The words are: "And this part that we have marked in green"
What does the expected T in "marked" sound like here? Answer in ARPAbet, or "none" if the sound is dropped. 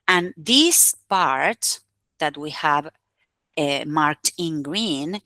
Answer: T